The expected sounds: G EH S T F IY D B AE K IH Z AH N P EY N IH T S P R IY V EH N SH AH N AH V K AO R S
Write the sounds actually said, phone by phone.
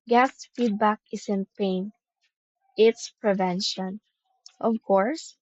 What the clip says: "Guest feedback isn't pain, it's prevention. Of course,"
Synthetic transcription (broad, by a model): G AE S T F IY D B AE K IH S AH N P EY N IH T S P R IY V EH N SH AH N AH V K AO R S